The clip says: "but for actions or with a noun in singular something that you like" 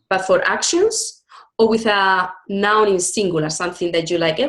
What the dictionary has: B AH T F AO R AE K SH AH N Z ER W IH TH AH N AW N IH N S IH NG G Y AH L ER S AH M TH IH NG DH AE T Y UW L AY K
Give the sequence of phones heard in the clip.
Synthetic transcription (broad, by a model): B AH T F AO R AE K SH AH N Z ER W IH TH AH N AW N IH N S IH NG G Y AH L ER S AH M TH IH NG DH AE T Y UW L AY K